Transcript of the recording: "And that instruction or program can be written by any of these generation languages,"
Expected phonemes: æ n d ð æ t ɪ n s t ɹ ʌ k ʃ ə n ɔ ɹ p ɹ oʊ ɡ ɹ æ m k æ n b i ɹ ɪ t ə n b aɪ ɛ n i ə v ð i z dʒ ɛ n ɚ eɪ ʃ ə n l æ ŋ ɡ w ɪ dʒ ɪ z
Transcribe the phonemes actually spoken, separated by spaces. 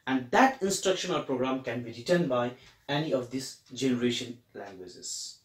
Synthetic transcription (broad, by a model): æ n d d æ t ɪ n s t ɹ ʌ k ʃ ə n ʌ l p ɹ oʊ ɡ ɹ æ m k æ n b i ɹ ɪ t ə n b aɪ ɛ n i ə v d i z dʒ ɛ n ɚ eɪ ʃ ə n l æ ŋ ɡ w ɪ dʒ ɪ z